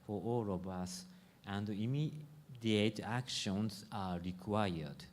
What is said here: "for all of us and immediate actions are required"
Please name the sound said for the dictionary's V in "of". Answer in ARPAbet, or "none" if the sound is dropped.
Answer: B